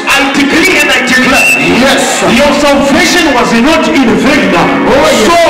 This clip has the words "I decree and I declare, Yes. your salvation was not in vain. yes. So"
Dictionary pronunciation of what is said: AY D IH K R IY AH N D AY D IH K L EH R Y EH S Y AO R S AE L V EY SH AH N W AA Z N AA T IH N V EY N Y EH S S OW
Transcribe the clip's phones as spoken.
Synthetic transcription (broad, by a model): AY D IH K L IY AH N D AY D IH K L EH Y EH S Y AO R S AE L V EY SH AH N W AA Z N AA T IH N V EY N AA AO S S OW